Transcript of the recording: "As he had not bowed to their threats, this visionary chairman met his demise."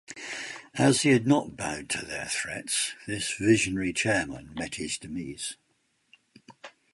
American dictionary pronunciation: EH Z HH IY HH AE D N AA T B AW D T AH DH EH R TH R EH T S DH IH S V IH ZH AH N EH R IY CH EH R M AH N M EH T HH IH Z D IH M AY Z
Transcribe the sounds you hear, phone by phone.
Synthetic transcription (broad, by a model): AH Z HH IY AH D N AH T B AW D T AH DH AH R TH R EH T S DH IH S V IH ZH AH N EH R IY CH EH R M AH N M EH T HH IH Z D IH M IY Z